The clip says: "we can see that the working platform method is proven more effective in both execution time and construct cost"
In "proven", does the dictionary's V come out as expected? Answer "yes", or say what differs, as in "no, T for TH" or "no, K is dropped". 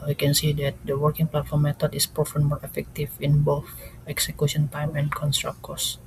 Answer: no, F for V